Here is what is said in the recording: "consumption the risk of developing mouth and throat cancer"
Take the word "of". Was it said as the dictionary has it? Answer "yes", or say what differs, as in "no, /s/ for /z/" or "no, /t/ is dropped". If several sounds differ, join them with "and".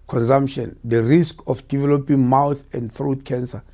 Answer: no, /f/ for /v/